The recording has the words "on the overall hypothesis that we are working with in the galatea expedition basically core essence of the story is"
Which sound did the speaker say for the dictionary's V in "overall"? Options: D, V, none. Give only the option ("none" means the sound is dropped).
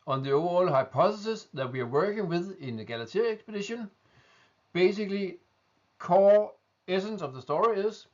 none